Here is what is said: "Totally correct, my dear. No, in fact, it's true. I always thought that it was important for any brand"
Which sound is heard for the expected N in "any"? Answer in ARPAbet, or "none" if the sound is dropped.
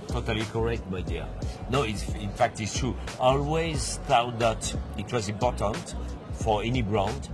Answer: N